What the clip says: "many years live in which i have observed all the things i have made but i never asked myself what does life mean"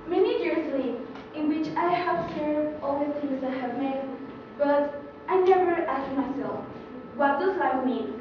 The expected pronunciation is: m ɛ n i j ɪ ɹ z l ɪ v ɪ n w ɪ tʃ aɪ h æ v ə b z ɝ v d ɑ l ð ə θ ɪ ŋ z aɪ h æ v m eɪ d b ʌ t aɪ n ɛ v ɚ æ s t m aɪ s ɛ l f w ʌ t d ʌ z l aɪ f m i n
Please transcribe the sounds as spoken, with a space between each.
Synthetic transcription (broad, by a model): m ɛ n i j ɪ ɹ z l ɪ ɪ n w ɪ tʃ aɪ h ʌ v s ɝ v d ɑ l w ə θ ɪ z aɪ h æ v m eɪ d b ʌ t aɪ n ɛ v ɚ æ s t m aɪ s ɛ l f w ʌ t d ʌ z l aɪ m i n